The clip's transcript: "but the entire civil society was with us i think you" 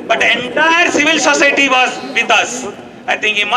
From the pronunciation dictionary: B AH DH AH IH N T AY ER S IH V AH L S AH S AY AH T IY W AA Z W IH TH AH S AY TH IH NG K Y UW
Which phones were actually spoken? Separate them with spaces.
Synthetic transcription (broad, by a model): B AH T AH IH N T AY ER S IH V AH L S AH S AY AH T IY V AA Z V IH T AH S AY T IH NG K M